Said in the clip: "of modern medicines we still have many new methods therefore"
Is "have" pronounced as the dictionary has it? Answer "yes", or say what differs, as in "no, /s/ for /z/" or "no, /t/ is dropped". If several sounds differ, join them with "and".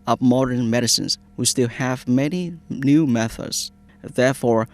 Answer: yes